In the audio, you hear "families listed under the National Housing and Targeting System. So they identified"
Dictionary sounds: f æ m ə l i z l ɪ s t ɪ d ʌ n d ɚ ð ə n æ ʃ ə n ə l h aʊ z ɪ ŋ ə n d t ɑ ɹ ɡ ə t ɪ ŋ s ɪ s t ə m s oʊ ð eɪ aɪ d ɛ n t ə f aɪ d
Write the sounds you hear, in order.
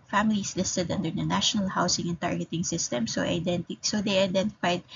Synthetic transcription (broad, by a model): f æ m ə l i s l ɪ s t ɪ d ʌ n d ɚ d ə n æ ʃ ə n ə l h aʊ s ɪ ŋ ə n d t ɑ ɹ ɡ ə t ɪ ŋ s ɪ s t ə m s oʊ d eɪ aɪ d ɛ n t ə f aɪ d